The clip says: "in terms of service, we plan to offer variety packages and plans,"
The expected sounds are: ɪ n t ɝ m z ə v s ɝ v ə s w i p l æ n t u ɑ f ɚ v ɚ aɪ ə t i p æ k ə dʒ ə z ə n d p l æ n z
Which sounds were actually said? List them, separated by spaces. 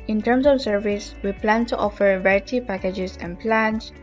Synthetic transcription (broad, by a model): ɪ n t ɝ m s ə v s ɝ v ə s w i p l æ n t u ɑ f ɚ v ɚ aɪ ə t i p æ k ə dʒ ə s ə n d p l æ n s